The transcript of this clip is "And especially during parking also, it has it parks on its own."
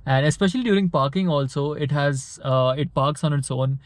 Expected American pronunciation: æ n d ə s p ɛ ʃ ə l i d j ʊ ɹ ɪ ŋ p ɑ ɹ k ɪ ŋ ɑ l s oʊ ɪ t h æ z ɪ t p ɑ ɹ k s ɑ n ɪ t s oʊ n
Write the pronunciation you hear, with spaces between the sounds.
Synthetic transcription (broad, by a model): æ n d ə s p ɛ ʃ ə l i d j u ɹ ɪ ŋ p ɑ ɹ k ɪ ŋ ɑ l s oʊ ɪ t h æ z ɪ t p ɑ ɹ k s ɑ n ɪ t s oʊ n